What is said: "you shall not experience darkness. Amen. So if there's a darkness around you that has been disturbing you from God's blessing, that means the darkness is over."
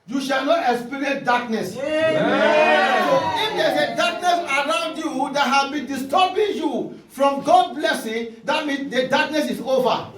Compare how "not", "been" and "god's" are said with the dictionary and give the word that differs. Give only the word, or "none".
god's